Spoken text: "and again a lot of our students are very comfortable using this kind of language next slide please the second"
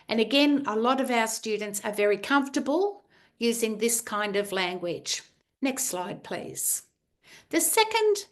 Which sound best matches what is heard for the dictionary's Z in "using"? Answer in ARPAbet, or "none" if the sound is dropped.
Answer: Z